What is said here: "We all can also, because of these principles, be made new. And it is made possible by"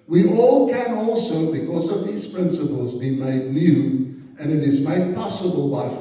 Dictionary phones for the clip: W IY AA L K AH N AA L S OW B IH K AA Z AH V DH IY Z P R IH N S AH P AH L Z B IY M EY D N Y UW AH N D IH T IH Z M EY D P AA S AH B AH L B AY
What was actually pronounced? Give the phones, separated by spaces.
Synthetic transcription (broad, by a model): W IY AA L K AH N AA L S OW B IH K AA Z AH V DH IY Z P R IH N S AH P AH L Z B IY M EY D N Y UW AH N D IH T IH Z M EY D P AA S AH B AH L B AY